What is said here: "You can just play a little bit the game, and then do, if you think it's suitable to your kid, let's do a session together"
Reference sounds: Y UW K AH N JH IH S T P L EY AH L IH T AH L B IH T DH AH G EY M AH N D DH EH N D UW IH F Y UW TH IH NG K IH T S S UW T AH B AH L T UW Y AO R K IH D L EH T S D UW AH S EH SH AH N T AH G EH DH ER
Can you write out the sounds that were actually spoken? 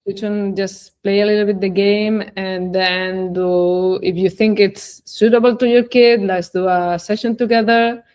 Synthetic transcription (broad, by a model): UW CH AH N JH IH S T P L EY AH L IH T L B IH T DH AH G EY M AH N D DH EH N D UW IH F Y UW TH IH NG K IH T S S UW T AH B AH L T UW Y AO R K IH D L EH T S D UW AH S EH SH AH N T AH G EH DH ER